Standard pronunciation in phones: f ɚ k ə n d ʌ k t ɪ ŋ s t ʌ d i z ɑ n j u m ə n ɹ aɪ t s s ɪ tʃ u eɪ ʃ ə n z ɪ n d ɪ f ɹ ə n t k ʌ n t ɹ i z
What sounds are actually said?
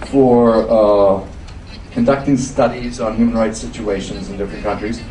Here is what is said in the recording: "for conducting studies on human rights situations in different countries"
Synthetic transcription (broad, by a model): f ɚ k ə n d ʌ k t ɪ ŋ s t ʌ d i z n j u m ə n ɹ aɪ t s s ɪ tʃ u eɪ ʃ ə n z ɪ n d ɪ f ɹ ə n k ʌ n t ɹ i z